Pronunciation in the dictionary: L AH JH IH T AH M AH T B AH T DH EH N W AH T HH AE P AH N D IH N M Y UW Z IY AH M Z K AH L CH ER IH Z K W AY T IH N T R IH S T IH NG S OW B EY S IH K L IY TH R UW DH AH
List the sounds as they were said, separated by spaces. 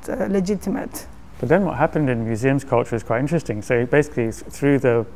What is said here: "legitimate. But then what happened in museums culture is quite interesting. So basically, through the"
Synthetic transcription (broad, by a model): L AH JH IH T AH M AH T B AH T DH EH N W AH T HH AE P AH N D IH N M Y UW Z IY AH M Z K AH L CH ER IH Z K W AY T IH N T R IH S T IH NG S OW B EY S IH K L IY TH R UW DH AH